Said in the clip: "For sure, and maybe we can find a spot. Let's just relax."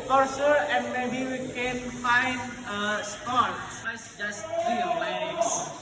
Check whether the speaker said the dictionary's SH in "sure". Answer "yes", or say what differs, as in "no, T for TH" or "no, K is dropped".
no, S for SH